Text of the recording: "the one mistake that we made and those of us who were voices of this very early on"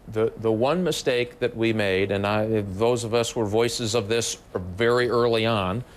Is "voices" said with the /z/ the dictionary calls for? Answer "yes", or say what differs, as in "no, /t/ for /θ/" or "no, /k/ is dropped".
yes